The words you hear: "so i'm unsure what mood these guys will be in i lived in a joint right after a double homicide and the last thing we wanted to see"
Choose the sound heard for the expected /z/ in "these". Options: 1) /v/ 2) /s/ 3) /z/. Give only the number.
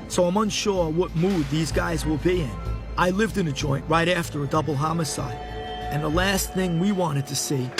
3